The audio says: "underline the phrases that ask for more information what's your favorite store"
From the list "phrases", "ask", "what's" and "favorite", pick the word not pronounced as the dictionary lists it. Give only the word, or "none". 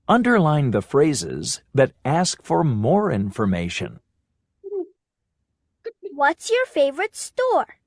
none